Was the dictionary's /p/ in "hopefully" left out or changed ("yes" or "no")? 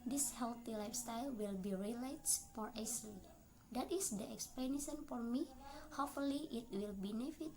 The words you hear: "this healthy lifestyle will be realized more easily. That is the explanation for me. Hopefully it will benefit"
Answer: yes